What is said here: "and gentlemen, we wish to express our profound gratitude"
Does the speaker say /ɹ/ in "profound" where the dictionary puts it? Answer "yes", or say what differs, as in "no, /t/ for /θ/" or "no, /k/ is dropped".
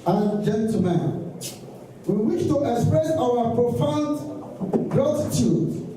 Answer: yes